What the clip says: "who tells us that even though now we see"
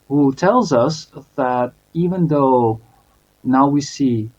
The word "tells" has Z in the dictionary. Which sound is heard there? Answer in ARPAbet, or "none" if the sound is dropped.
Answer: Z